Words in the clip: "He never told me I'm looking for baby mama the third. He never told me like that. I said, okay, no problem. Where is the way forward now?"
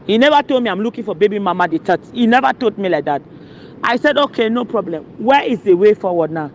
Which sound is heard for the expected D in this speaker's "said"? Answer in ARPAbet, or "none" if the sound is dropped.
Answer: D